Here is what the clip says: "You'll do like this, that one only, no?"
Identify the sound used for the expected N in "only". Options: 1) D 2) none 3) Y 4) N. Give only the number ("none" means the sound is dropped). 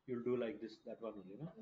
2